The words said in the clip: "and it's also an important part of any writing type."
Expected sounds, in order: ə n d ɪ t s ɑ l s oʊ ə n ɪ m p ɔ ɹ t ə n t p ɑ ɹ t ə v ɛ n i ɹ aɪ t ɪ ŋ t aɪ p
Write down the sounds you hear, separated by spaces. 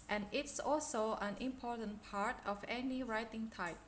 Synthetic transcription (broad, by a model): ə n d ɪ t s ɑ l s oʊ ə n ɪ m p ɔ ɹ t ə n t p ɑ ɹ t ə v ɛ n i ɹ aɪ t ɪ ŋ t aɪ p